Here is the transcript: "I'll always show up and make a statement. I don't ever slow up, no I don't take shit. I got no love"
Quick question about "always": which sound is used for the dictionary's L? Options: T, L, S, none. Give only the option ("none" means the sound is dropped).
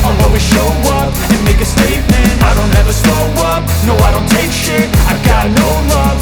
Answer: none